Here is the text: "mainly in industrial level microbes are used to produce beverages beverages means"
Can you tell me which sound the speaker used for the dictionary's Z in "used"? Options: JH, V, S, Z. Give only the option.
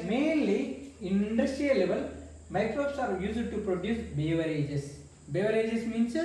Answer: S